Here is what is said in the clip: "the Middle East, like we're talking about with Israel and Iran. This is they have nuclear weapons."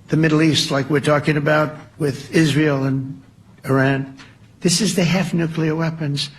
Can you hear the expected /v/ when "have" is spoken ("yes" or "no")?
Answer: no